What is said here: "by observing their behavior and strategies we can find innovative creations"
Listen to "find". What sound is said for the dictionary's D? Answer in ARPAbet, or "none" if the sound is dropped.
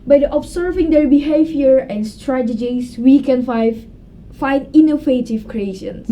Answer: none